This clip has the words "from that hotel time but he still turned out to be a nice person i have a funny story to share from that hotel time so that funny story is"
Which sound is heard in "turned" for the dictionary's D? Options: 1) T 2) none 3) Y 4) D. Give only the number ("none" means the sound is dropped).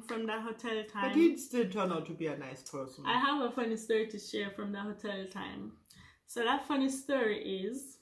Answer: 2